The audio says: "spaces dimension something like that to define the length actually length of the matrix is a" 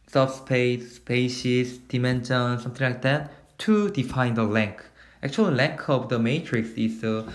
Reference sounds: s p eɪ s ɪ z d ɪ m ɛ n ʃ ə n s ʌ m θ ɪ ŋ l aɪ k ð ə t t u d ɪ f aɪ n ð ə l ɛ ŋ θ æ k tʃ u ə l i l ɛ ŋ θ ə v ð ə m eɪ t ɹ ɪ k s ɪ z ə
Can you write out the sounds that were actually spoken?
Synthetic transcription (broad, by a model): s p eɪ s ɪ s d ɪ m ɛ n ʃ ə n s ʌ m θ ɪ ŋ l aɪ k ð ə t t u d ɪ f aɪ n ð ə l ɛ ŋ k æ k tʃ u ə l l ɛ ŋ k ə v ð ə m eɪ t ɹ ɪ k s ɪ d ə